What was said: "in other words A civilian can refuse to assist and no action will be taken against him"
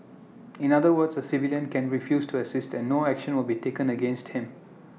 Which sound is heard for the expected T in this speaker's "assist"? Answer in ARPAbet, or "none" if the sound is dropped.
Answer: T